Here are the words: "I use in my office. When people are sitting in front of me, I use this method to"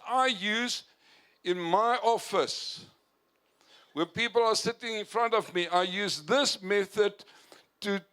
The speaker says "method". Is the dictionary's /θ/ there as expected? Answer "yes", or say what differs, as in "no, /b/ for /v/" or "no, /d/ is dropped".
yes